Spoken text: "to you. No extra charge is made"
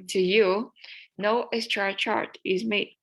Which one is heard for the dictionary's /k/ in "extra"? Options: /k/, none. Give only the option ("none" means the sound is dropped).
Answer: none